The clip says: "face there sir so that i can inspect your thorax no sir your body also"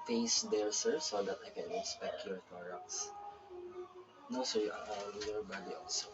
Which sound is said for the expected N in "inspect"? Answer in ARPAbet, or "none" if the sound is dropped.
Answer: none